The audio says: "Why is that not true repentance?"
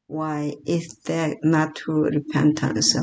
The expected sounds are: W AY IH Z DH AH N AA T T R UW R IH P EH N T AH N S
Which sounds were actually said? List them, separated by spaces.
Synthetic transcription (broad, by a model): W AY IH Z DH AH N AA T T UW R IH P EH N T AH N S